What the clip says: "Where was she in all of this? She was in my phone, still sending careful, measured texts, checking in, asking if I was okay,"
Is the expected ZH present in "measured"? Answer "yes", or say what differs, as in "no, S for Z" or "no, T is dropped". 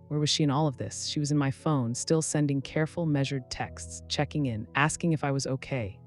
yes